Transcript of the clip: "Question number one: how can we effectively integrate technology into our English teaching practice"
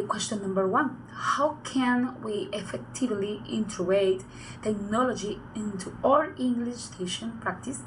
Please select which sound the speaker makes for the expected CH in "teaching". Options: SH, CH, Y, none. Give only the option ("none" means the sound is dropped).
SH